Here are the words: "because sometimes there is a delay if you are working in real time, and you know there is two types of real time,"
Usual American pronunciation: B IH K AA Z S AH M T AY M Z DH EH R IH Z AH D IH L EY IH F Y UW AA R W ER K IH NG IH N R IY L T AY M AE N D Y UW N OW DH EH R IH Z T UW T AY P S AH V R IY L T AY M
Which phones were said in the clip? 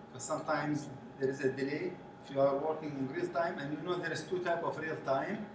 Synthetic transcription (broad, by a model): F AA S AH M T AY M Z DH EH R IH Z AH D IH L EY IH F Y UW AA R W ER K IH NG IH N R IY L T AY M AE N D Y UW N OW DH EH R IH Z T UW T AY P AH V R IY L T AY M